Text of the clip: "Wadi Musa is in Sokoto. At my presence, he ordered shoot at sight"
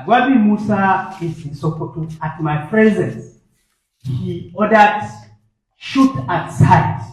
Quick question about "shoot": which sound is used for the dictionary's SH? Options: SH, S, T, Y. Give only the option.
SH